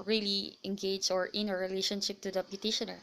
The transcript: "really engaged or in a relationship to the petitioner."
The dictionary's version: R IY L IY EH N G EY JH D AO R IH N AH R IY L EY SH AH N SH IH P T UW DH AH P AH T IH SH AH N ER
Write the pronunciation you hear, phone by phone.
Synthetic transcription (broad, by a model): R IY L IY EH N G EY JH AO R IH N AH R IY L EY SH AH N SH IH P T UW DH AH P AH T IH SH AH N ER